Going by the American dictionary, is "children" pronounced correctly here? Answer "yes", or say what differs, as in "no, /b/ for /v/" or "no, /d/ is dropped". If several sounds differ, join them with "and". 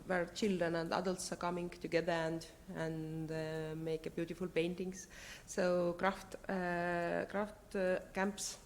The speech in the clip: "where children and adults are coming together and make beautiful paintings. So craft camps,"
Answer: no, /ɹ/ is dropped